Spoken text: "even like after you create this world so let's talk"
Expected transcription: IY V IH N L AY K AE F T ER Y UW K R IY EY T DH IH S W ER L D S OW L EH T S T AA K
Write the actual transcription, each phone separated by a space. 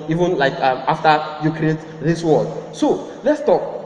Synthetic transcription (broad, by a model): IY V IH N L AY K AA F T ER Y UW K R IY EY T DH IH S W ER D S OW L EH T S T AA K